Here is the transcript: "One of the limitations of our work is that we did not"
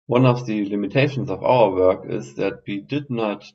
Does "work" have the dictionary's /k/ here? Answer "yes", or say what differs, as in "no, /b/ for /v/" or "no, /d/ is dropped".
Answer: yes